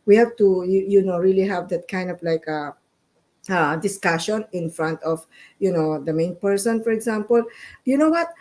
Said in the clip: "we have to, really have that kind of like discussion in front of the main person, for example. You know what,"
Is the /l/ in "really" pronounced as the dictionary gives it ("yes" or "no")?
yes